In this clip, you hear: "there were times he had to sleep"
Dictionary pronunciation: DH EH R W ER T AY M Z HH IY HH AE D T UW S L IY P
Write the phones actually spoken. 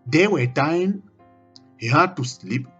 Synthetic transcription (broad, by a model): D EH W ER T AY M HH IY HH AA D T UW S L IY P